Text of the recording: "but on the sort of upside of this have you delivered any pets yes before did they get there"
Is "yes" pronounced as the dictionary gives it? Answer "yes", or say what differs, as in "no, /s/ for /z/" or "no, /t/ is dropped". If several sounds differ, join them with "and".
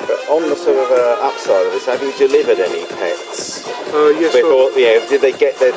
no, /s/ is dropped